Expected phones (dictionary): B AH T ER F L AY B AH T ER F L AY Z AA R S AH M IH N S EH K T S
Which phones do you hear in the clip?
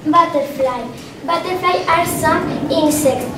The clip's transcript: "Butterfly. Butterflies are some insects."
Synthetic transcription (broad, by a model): B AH T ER F L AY B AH T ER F L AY AA R S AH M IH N S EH K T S